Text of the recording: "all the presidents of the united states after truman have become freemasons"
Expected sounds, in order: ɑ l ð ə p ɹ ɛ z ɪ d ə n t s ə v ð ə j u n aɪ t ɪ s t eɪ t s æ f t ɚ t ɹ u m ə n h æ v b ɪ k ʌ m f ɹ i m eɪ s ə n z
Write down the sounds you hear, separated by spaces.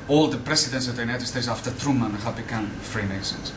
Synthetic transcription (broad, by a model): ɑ l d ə p ɹ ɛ s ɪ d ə n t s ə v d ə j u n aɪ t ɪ s t eɪ t s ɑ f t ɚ t ɹ u m ə n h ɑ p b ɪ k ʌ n f ɹ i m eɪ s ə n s